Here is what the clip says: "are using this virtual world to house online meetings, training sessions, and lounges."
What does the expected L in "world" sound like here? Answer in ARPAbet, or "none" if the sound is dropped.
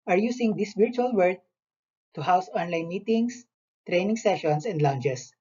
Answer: none